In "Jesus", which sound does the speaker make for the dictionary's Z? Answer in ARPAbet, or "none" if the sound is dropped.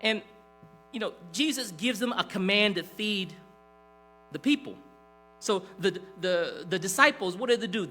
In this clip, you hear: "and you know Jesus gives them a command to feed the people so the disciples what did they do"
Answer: Z